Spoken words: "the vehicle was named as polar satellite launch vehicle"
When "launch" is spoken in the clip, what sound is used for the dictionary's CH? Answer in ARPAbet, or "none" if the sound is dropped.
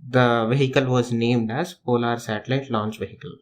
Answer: CH